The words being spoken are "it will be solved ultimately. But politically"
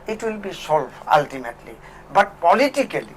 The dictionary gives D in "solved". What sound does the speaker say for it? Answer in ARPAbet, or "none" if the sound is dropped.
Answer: none